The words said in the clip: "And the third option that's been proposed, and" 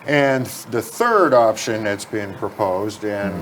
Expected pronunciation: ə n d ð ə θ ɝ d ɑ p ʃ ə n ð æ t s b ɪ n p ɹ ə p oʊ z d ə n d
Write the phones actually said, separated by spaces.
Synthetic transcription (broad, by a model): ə n ð ə θ ɝ d ɑ p ʃ ə n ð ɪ t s b ɪ n p ɹ ə p oʊ z d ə n